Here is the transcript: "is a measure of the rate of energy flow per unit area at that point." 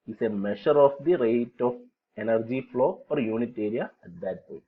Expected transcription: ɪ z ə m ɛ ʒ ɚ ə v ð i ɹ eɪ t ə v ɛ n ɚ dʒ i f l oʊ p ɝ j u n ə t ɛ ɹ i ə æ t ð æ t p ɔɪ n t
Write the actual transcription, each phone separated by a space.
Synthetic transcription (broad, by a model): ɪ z ə m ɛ ʃ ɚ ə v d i ɹ eɪ t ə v ɛ n ɚ dʒ i f l oʊ f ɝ j u n ə t ɛ ɹ i ə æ t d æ t p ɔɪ n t